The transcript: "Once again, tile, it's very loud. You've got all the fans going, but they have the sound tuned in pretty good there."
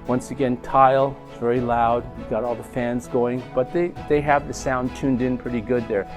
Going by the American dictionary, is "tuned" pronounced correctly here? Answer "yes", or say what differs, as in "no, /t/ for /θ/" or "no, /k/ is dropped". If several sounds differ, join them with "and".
yes